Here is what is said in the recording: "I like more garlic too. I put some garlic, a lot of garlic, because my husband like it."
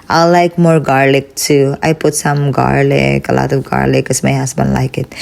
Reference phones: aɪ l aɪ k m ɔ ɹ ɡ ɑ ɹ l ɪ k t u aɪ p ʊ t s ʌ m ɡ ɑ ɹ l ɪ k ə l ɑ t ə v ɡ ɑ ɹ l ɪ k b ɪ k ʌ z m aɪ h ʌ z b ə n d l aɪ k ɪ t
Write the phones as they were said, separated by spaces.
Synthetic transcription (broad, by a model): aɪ l aɪ k m ɔ ɹ ɡ ɑ ɹ l ɪ k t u aɪ p ʊ t s ʌ m ɡ ɑ ɹ l ɪ k ə l ɑ t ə ɡ ɑ ɹ l ɪ k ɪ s m aɪ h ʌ s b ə n l aɪ k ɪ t